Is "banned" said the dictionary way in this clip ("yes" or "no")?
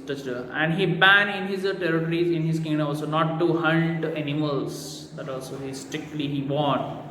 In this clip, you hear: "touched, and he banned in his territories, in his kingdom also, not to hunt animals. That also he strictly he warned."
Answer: no